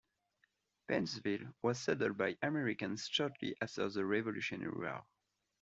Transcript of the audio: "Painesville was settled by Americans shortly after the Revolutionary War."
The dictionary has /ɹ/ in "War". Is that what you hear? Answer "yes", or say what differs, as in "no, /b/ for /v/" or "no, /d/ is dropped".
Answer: no, /l/ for /ɹ/